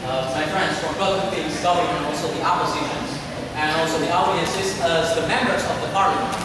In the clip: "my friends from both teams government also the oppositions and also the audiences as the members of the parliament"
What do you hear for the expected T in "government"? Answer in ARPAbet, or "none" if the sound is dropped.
none